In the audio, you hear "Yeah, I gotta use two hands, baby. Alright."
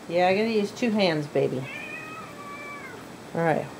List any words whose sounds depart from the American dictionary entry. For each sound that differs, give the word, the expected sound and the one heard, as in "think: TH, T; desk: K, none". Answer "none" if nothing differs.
none